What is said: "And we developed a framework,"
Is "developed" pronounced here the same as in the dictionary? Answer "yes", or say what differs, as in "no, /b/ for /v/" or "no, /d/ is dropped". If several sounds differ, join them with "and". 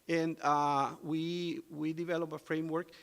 no, /t/ is dropped